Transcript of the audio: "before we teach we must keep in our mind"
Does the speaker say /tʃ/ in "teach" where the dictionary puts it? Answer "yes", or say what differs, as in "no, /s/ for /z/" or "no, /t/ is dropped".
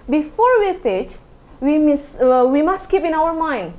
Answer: no, /s/ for /tʃ/